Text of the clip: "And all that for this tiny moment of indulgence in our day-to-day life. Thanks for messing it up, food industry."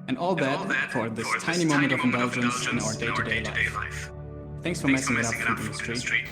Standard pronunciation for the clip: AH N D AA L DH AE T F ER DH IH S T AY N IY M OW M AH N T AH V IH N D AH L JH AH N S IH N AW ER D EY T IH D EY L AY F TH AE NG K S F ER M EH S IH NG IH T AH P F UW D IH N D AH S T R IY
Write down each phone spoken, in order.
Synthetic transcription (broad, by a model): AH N AA L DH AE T F ER DH IH S T AY N IY M OW M AH N T AH V IH N D AH L JH AH N S IH N AW ER D EY T IH D EY L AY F TH AE NG K S F ER M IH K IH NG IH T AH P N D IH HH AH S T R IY